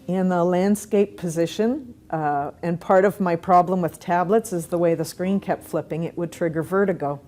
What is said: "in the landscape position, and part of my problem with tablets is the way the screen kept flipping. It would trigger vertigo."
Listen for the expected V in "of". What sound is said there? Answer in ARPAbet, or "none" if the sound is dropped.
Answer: V